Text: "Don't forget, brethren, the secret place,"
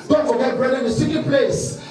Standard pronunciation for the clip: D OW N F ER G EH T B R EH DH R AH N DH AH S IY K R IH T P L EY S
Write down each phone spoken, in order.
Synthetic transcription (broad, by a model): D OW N F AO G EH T B R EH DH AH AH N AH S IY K IH P L EY S